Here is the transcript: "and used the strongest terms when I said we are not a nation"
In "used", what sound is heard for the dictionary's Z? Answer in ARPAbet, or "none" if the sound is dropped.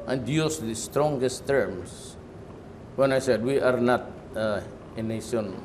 S